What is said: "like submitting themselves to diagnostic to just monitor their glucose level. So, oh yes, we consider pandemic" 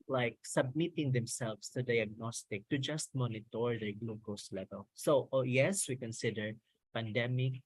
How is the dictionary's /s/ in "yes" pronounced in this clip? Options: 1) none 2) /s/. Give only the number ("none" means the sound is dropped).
2